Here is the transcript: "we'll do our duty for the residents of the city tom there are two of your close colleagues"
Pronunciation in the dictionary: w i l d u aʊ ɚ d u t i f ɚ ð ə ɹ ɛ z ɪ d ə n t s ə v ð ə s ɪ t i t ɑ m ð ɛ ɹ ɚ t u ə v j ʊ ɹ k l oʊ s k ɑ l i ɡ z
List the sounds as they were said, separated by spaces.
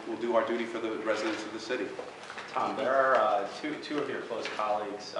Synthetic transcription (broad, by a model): w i l d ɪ aʊ ɚ d u t i f ɚ ð ə ɹ ɛ z ɪ d ə n t s ə v ð ə s ɪ t i t ɑ m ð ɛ ɹ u t u ə v j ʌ ɹ k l oʊ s k ɑ l i ɡ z